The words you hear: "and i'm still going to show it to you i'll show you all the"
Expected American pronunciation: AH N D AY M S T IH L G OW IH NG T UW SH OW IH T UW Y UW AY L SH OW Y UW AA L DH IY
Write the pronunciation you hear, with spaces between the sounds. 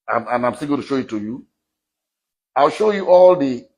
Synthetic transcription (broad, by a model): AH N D AY M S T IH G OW T UW SH OW IH T UW Y UW AY L SH OW Y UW AA L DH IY